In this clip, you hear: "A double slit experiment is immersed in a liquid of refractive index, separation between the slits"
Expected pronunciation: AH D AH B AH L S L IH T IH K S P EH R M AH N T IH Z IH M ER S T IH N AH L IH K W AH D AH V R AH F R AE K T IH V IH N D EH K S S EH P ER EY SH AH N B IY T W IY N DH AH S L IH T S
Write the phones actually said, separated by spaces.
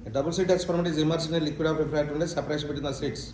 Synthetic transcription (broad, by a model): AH D AH B AH L S IY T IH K S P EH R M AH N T IH Z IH M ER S IH N AH L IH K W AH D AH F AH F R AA T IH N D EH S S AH P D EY AH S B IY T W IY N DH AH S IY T S